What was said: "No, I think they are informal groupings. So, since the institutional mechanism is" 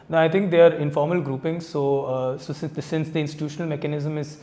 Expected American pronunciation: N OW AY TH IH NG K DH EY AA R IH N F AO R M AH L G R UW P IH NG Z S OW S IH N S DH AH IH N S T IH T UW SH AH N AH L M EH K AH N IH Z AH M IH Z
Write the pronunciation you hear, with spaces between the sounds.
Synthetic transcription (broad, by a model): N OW AY T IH NG K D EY AA R IH N F AO R M AH L G R UW P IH NG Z S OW S IH N S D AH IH N S T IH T UW SH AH N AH L M EH K AH N IH Z AH M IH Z